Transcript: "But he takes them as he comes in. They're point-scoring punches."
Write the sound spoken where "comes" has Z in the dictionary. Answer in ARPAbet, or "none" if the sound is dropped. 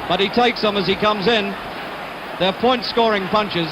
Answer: Z